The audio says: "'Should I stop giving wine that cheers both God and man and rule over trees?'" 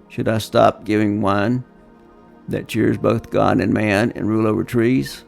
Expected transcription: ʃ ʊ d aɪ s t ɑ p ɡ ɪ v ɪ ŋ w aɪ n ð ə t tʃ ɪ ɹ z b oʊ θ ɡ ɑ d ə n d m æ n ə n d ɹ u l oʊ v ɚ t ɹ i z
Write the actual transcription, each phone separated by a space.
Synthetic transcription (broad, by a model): ʃ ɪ d aɪ s t ɑ p ɡ ɪ v ɪ ŋ w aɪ n ð ə t tʃ ɪ ɹ z b oʊ θ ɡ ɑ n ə n m æ n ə n ɹ u l oʊ v ɚ t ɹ i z